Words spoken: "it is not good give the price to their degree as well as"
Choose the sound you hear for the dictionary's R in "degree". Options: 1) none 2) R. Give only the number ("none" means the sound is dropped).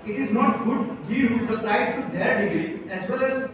1